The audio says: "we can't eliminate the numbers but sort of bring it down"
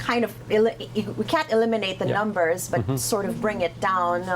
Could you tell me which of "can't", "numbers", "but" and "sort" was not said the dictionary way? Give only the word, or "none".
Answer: none